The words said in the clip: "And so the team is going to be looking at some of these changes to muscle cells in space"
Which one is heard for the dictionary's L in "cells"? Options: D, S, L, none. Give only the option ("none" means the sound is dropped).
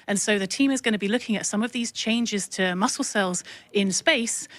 L